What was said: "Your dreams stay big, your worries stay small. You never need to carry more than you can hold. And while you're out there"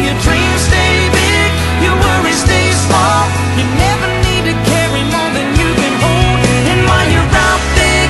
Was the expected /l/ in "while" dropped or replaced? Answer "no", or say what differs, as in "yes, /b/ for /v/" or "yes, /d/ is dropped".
yes, /n/ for /l/